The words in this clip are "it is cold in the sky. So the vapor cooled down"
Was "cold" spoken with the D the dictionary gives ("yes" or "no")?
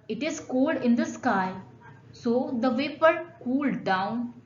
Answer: yes